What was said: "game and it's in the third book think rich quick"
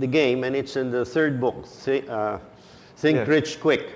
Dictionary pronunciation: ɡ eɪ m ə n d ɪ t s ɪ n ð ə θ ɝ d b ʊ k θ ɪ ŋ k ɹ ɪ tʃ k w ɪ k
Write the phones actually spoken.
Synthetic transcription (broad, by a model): ɡ eɪ m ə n ɪ t s ɪ n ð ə θ ɝ d b ʊ k s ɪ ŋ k ɹ ɪ tʃ k w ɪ k